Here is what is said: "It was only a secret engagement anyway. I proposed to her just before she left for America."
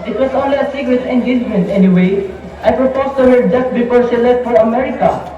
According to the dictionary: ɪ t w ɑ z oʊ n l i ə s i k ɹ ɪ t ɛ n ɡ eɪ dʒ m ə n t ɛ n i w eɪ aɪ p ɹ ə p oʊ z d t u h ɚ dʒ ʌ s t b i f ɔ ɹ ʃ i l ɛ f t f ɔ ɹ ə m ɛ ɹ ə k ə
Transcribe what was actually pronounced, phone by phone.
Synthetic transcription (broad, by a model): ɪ t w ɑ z oʊ n l i ə s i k ɹ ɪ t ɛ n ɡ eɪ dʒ m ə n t ɛ n i w eɪ aɪ p ɹ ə p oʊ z t u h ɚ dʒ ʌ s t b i p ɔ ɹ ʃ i l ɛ t f ɔ ɹ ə m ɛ ɹ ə k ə